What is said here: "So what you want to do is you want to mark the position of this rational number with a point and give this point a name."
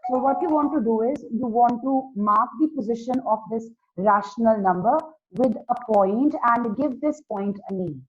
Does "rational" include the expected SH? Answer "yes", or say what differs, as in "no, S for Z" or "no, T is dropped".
yes